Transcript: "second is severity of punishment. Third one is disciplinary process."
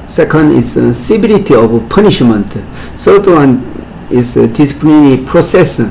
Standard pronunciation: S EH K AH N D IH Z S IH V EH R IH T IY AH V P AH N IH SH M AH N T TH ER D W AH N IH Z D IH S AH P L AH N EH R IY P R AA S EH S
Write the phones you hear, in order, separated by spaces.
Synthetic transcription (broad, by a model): S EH K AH N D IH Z S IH B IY L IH T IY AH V P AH N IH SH M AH N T S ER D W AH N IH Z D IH S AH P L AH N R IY P R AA S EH S